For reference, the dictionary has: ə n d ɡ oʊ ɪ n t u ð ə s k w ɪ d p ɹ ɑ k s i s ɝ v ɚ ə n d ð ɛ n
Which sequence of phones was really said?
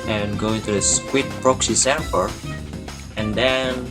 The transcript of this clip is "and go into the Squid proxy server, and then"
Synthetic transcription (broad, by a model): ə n ɡ oʊ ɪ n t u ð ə s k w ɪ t p ɹ ɑ k s i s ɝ p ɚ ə n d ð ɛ n